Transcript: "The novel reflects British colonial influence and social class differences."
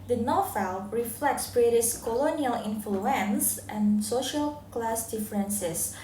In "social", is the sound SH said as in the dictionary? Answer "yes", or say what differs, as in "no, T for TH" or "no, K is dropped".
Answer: yes